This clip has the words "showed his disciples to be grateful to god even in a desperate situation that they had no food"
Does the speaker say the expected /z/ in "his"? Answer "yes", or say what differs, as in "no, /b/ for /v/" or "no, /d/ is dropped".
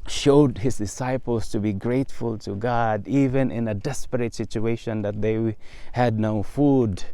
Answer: no, /s/ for /z/